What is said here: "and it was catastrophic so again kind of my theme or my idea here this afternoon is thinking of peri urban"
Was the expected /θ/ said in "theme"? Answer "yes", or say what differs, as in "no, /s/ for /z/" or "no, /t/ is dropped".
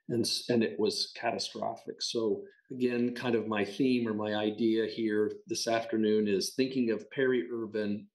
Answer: yes